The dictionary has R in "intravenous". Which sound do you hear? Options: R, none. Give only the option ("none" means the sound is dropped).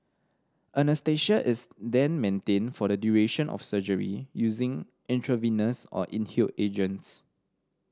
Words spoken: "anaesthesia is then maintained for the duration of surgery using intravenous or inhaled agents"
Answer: R